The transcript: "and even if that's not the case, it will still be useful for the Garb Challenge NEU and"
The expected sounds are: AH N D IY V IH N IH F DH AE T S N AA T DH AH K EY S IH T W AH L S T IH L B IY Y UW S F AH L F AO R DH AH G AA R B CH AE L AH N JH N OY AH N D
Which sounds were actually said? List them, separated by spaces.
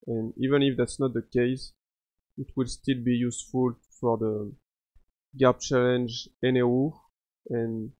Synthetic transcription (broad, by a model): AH N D IY V IH N IH F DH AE T S N AA T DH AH K EY S IH T W AH L S T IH L B IY Y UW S F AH L F AO R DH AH G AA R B CH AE L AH N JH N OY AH N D